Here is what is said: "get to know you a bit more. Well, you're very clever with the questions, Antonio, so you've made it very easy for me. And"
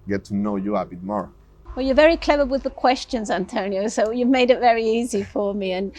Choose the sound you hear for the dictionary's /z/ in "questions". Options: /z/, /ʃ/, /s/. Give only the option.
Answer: /z/